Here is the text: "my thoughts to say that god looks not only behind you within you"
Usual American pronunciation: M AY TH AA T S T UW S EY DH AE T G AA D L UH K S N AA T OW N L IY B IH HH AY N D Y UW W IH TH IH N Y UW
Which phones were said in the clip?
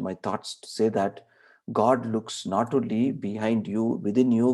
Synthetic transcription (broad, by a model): M AY T AA T S T UW S EY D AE T G AA D L UH K S N AA T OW L IY B IH HH AY N D Y UW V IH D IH N Y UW